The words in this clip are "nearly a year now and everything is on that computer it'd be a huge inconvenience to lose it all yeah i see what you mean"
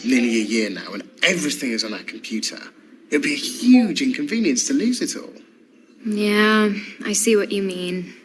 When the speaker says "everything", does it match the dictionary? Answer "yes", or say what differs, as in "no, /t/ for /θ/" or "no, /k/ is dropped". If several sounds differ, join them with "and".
yes